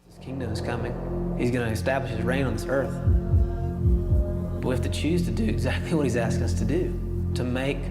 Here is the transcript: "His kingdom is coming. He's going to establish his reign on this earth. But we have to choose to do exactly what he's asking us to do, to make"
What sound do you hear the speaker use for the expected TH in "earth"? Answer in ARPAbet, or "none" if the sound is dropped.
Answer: TH